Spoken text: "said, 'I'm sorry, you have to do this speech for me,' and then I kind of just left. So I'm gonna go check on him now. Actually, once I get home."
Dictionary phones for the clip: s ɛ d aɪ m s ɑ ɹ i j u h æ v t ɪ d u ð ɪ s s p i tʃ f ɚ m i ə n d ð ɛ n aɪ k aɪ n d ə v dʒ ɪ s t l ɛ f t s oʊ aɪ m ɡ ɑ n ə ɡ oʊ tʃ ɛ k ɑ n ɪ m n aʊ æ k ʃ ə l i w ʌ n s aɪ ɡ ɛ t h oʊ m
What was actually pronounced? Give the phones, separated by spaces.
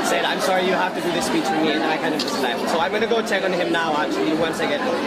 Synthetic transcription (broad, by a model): s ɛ d aɪ m s ɑ ɹ i j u h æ f t ɪ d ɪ ð ɪ s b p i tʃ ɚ m i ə n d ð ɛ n aɪ k aɪ n d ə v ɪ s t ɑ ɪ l s oʊ aɪ m ɡ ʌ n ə ɡ oʊ tʃ ɛ k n ɪ m n aʊ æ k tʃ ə l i w ʌ n s aɪ ɡ ɛ t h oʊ